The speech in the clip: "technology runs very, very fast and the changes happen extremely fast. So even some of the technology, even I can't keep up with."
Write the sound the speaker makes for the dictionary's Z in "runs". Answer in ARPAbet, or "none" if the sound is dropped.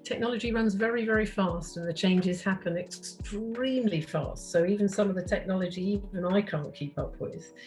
Z